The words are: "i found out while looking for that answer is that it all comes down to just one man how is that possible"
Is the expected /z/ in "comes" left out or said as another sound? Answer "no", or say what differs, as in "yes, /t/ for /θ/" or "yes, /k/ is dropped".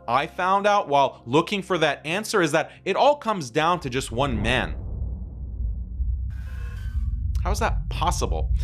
no